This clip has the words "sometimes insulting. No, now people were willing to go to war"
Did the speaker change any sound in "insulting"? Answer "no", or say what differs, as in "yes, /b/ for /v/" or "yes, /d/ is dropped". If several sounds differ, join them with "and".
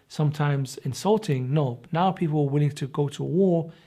no